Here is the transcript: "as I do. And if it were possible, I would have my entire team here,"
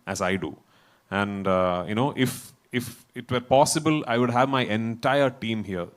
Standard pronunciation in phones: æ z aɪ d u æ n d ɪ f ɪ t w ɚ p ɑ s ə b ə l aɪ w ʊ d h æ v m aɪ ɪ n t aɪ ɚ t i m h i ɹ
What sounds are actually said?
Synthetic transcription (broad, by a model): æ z aɪ d u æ n d ɪ f ɪ t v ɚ p ɑ s ə b ə l aɪ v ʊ d h æ v m aɪ ɪ n t aɪ ɚ t i m h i ɹ